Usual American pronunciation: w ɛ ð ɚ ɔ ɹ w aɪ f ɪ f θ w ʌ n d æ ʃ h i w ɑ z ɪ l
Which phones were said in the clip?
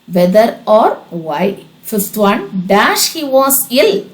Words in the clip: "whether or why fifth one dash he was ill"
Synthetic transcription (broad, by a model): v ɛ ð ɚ ɔ ɹ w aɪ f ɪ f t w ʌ n d æ ʃ h i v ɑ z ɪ l